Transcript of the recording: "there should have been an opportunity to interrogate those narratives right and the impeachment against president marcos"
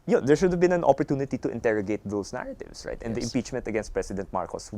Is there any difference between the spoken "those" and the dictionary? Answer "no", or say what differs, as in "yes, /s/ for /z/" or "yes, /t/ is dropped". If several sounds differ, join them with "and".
yes, /s/ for /z/